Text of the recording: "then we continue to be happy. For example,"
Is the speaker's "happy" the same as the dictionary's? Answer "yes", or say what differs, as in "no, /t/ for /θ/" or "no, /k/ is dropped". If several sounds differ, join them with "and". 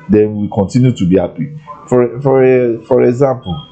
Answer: no, /f/ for /p/